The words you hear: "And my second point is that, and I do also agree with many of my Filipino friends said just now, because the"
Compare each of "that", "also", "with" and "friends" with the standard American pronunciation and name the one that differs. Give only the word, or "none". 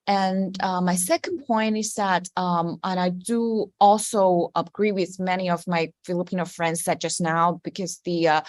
none